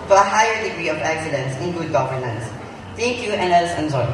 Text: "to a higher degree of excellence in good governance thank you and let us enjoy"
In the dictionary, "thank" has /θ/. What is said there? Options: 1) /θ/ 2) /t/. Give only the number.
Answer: 2